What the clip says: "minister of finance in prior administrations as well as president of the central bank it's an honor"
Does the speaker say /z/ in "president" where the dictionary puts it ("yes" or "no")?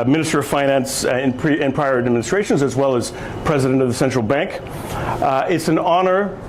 yes